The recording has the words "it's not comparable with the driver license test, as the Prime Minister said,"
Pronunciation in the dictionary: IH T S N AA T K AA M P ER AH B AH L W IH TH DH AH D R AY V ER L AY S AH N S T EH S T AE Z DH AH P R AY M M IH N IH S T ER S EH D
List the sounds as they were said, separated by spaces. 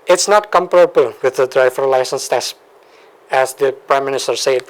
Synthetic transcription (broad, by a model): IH T S N AA T K AA M P ER AH B AH L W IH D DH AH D R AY F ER L AY S AH N S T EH S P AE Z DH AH P R AY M M IH N IH S T ER S EH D